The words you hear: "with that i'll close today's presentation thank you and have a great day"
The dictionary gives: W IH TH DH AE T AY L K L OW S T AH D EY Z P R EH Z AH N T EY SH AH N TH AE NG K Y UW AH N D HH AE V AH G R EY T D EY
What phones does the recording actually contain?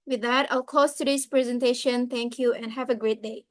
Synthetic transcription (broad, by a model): W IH DH AE T AY L K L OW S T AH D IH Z P R EH Z AH N T EY SH AH N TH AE NG K Y UW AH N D HH AE V AH G R EY T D EY